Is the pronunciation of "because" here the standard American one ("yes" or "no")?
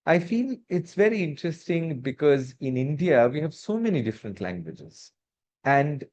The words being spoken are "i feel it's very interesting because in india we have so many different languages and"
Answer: yes